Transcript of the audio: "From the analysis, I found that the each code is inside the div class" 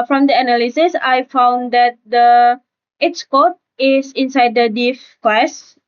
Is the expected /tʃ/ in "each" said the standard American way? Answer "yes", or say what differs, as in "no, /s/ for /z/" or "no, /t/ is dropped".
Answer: no, /s/ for /tʃ/